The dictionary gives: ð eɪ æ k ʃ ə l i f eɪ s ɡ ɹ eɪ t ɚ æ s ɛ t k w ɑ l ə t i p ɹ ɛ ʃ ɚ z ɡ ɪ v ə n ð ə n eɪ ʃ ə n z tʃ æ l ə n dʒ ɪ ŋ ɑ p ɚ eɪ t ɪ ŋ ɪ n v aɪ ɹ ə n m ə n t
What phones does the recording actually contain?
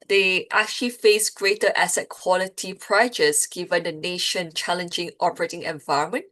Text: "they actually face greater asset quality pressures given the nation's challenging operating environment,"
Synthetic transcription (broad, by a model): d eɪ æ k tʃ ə l i f eɪ s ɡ ɹ eɪ t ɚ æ s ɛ t k w ɑ l ə t i p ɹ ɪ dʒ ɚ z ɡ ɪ v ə n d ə n eɪ ʃ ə n tʃ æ l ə n dʒ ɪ ŋ ɑ p ɚ eɪ t ɪ ŋ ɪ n v aɪ ɹ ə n m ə n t